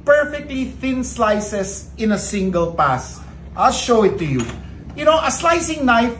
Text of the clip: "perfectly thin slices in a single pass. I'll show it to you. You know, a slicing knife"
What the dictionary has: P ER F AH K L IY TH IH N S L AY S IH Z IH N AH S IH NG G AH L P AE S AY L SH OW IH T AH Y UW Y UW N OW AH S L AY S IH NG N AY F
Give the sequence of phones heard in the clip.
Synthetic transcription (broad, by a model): P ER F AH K L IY TH IH N S L AY S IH S IH N AH S IH NG G AH L P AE S AY L SH OW IH T AH Y UW Y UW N OW AH S L AY S IH NG N AY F